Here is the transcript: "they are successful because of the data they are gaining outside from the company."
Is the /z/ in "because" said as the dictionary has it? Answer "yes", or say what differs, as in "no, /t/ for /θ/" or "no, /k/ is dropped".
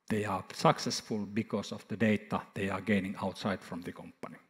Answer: no, /s/ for /z/